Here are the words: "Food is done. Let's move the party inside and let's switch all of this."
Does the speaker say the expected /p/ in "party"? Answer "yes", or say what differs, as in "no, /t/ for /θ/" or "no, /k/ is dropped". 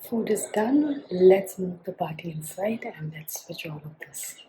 no, /b/ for /p/